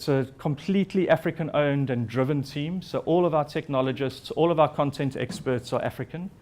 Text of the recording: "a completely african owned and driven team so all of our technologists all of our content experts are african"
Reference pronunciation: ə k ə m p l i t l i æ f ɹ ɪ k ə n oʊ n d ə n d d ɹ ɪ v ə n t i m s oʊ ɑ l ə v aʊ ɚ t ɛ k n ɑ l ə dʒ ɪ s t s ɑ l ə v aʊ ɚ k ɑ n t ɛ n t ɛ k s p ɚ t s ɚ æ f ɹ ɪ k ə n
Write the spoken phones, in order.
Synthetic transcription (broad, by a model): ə k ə m p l i t l i æ f ɹ ɪ k ə n oʊ n d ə n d d ɹ ɪ v ə n t i m s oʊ ɑ l ə v aʊ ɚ t ɛ k n ɑ l ə dʒ ɪ s t s ɑ l ə v aʊ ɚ k ɑ n t ɛ n t ɛ k s p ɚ t s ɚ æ f ɹ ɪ k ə n